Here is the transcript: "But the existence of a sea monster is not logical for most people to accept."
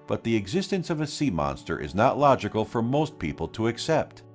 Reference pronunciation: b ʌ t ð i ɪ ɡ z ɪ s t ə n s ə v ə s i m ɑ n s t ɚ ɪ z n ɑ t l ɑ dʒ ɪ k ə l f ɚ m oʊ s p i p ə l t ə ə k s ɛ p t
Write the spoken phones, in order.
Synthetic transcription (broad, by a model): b ʌ t ð i ɪ ɡ z ɪ s t ə n s ə v ə s i m ɑ n s t ɚ ɪ z n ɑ t l ɑ dʒ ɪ k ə l f ɚ m oʊ s p i p l t ə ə k s ɛ p t